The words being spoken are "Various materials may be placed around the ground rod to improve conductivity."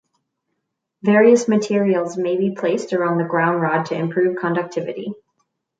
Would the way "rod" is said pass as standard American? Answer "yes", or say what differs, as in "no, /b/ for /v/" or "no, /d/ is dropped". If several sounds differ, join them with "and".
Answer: yes